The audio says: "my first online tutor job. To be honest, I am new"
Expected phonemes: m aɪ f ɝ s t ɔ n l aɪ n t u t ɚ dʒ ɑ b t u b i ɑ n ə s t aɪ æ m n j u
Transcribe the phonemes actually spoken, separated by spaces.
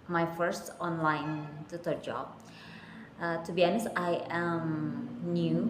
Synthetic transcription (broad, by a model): m aɪ f ɝ s t ɔ n l aɪ n t u t ɚ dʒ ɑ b t u b i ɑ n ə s aɪ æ m n j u